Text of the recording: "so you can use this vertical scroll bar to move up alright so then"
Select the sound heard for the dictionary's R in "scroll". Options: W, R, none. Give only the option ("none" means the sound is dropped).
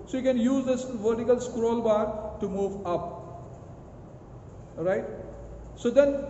R